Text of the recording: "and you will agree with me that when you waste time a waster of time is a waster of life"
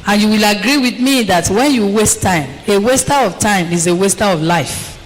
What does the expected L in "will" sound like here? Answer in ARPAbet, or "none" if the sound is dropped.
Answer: L